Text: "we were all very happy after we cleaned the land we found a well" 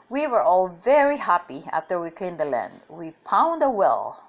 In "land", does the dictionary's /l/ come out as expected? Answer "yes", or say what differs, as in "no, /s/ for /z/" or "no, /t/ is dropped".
yes